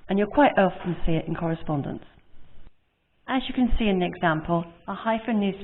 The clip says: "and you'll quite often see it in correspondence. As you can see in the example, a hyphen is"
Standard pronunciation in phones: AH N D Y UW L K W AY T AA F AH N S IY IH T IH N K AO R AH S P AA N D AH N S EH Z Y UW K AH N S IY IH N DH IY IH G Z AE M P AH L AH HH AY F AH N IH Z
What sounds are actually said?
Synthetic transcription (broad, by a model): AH N Y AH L K W AY T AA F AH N S IY IH T IH N K AO R AH S P AA N D AH N S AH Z Y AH K AH N S IY IH N DH IY IH G Z AE M P AH L AH HH AY F AH N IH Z